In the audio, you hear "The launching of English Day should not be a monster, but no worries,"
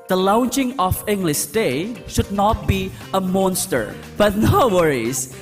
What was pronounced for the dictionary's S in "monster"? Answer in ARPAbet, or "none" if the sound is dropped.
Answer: S